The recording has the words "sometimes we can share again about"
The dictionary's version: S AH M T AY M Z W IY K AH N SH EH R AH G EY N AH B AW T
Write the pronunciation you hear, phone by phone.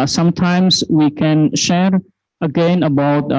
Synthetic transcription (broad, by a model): S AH M T AY M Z W IY K AH N SH EH R AH G EY N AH B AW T